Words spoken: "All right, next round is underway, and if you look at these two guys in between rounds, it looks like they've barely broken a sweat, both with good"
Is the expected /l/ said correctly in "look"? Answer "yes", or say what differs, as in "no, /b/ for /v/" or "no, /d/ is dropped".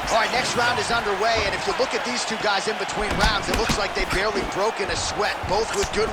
yes